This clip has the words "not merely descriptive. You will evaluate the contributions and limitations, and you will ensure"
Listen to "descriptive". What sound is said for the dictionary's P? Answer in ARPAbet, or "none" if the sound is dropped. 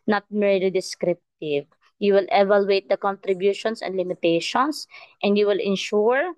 P